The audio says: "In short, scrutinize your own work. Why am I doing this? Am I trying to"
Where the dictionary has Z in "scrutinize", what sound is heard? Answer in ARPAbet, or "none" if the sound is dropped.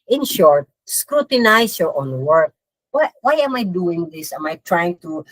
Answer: S